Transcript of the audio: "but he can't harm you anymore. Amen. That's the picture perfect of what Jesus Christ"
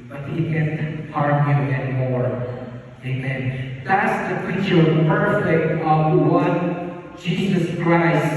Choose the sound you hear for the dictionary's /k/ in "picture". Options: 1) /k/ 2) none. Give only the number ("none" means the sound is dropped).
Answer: 2